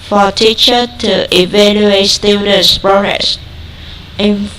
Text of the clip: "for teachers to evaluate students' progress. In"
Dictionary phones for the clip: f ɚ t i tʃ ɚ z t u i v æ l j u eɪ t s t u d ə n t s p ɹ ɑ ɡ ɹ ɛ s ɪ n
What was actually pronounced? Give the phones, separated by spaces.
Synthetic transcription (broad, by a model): f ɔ t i tʃ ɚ t u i v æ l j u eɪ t s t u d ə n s p ɹ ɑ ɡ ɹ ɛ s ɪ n